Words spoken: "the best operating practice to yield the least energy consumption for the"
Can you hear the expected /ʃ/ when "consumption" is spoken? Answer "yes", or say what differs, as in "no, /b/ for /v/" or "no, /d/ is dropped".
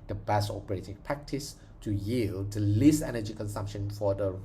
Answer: yes